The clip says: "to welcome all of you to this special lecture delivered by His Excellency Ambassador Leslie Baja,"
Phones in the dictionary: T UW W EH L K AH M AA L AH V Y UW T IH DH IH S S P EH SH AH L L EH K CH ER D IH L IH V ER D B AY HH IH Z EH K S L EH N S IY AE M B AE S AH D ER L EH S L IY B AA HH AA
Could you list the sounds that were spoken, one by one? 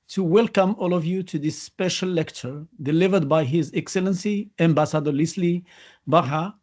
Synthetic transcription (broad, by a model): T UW W EH L K AH M AA L AH V Y UW T IH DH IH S S P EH SH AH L L EH K CH ER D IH L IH V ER D B AY HH IH Z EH K S L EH N S IY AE M B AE S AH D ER L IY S L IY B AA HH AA